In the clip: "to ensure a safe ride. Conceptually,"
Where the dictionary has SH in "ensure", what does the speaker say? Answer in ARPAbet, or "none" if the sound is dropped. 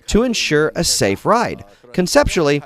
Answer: SH